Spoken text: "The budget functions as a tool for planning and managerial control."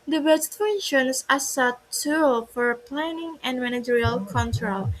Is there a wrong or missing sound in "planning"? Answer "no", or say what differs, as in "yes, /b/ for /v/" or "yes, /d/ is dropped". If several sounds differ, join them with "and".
no